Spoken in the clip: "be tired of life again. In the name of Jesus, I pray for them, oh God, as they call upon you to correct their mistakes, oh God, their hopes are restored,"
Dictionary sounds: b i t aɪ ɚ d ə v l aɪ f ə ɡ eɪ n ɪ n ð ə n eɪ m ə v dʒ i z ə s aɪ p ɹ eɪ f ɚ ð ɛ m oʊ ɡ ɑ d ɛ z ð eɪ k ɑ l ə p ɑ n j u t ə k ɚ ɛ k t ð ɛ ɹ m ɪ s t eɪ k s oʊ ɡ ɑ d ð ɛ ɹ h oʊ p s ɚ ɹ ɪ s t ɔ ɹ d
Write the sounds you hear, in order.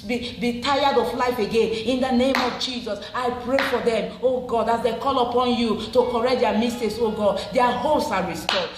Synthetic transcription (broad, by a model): b i t aɪ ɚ d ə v l aɪ f ə ɡ eɪ n ɪ n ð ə n eɪ m ə v dʒ i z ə s aɪ p ɹ eɪ f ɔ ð ɛ m oʊ ɡ ɑ d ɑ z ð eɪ k ɑ l ə p ɑ n j u t ə k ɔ ɛ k t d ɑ m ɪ s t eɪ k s oʊ ɡ ɑ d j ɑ h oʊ s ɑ ɹ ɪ s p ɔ